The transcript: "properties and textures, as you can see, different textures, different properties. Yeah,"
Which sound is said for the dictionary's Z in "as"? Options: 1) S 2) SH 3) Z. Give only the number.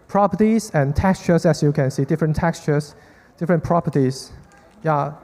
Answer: 1